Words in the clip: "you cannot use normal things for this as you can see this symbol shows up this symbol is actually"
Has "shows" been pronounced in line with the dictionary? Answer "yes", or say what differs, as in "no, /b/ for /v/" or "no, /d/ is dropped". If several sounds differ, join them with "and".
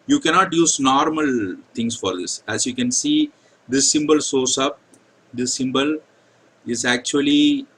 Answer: no, /s/ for /ʃ/